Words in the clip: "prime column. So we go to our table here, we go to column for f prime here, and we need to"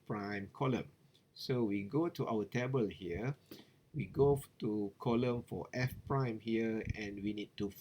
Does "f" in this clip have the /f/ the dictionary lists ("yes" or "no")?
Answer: yes